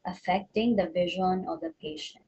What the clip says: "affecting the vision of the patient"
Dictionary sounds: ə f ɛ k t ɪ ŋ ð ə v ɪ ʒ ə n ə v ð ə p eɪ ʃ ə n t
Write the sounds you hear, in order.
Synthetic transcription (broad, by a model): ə f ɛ k t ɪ ŋ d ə v ɪ ʒ ə n ə v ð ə p eɪ ʃ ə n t